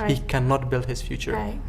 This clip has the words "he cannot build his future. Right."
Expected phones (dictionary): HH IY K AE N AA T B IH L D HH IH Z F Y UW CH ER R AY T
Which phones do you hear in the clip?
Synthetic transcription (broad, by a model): HH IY K AE N AA T B IH L D HH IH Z F Y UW CH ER R